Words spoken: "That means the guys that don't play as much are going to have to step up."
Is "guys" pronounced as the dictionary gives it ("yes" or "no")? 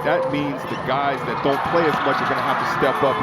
yes